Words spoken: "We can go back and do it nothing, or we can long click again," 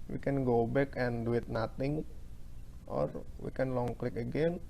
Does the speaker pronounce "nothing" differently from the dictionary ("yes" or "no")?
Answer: yes